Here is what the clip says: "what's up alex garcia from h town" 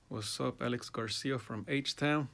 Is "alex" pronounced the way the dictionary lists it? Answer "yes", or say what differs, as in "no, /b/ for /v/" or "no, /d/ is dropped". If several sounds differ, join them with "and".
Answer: yes